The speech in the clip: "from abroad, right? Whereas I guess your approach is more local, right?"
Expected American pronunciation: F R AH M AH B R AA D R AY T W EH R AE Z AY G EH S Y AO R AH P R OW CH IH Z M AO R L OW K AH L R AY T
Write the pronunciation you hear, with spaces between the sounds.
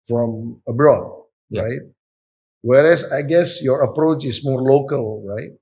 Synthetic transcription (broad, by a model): F R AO M AH B R AA D R AY T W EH R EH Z AY G EH S Y AO R AH P R OW CH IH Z M AO R L OW K AH L R AY T